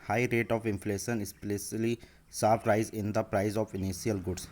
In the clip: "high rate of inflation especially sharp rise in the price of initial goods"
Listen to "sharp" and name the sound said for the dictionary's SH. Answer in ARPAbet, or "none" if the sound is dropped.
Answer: S